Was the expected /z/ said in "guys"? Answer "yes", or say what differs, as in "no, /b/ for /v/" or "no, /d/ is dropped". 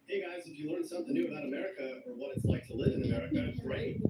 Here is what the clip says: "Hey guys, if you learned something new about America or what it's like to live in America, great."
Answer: yes